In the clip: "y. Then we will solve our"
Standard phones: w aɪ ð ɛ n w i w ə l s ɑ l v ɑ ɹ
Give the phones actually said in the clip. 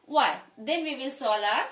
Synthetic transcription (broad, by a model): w aɪ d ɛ n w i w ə l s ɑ l ɑ